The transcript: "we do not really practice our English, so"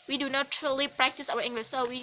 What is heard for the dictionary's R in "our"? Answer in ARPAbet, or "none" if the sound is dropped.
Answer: W